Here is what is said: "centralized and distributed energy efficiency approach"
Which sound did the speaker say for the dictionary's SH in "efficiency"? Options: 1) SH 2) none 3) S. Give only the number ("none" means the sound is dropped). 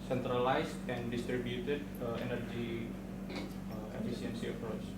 3